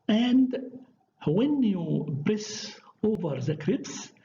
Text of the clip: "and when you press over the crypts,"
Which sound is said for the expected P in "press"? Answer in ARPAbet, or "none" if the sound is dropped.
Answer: B